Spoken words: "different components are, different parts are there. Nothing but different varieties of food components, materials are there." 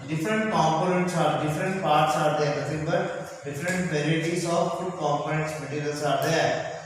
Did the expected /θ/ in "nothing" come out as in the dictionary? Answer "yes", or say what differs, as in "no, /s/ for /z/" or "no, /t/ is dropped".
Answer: no, /s/ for /θ/